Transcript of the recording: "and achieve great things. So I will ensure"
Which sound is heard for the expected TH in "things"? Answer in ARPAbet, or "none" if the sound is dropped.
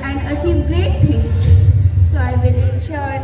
T